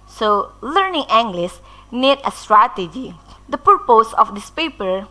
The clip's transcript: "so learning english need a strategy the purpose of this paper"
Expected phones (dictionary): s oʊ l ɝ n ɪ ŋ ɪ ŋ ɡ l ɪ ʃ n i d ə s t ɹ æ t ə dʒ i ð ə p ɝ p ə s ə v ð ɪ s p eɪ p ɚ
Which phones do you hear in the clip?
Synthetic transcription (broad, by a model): s oʊ l ɝ n ɪ ŋ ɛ ŋ ɡ l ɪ s n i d ə s t ɹ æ t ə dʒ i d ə p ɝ p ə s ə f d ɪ s p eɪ p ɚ